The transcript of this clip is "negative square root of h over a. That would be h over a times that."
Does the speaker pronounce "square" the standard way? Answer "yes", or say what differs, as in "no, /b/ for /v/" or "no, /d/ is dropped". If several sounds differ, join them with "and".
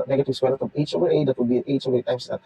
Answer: no, /k/ is dropped